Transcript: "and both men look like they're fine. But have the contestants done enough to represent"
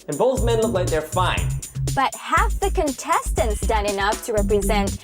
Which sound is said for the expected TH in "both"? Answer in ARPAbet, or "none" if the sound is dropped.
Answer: TH